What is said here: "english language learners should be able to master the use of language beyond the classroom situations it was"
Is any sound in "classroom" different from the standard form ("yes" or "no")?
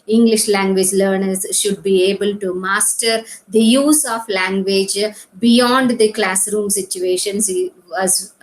no